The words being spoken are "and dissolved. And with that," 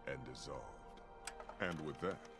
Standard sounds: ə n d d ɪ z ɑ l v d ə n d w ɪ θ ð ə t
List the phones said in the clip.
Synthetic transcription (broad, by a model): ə n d d ɪ z ɑ l v d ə n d w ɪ ð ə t